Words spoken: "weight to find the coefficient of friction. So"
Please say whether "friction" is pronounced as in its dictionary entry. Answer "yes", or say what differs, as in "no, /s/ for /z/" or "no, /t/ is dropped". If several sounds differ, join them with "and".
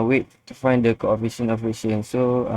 no, /ɹ/ is dropped and /k/ is dropped